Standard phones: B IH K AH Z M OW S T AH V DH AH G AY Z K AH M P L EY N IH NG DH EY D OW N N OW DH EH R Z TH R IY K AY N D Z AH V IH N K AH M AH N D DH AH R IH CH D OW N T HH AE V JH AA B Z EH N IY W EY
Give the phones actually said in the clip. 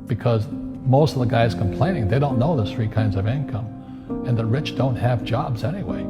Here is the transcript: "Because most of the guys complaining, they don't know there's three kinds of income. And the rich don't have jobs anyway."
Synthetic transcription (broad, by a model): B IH K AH Z M OW S T AH V DH AH G AY Z K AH M P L EY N IH NG DH EY D OW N N OW DH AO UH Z TH R IY K AY N D Z AH V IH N K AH M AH N DH AH R IH CH D OW N T HH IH V JH AA B Z EH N IY W EY